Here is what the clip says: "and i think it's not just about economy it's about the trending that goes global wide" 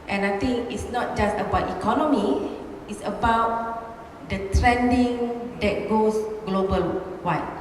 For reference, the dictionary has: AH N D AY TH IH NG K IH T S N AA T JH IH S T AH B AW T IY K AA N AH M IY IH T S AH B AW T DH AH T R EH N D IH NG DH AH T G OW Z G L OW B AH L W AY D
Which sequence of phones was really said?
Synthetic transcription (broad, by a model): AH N AY T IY NG K IH T S N AA T JH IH S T AH B AW T IY K AA N AH M IY IH T S AH B AW T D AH T R EH N D IH NG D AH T G OW S G L OW B AH L W AY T